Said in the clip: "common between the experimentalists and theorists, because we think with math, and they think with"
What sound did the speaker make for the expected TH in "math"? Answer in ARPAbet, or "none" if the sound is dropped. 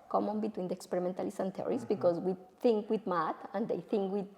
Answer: T